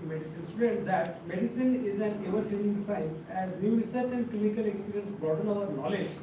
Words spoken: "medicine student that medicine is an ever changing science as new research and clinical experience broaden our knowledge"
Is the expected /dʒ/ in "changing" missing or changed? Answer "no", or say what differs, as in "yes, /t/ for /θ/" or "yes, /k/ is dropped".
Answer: yes, /dʒ/ is dropped